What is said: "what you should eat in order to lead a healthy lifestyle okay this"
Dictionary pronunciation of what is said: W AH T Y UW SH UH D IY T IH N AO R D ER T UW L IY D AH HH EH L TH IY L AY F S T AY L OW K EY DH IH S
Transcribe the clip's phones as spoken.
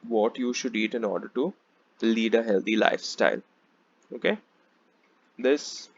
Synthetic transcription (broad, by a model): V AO T Y UW SH UH D IY T IH N AO R D ER T UW L IY D AH HH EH L T IY L AY F S T AY L OW K EY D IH S